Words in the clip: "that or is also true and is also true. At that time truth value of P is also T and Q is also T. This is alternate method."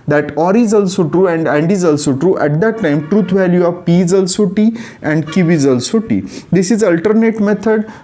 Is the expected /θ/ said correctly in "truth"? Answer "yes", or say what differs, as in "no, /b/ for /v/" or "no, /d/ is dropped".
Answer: no, /t/ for /θ/